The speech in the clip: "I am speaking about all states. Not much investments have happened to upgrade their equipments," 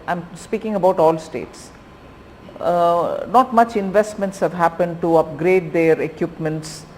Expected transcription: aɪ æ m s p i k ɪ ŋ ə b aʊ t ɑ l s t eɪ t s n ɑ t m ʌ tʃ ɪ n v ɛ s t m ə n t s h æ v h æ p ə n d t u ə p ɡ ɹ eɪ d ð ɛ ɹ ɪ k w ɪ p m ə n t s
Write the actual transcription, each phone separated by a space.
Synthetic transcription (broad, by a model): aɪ m s p i k ɪ ŋ ə b aʊ t ɑ l s t eɪ t s n ɑ t m ʌ tʃ ɪ n v ɛ s t m ə n t s h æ v h æ p ə n d t u ə p ɡ ɹ eɪ d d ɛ ɹ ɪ k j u p m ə n t s